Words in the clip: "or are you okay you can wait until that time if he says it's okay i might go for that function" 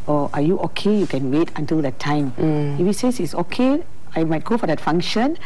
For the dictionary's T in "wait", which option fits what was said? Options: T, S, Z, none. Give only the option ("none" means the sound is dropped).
T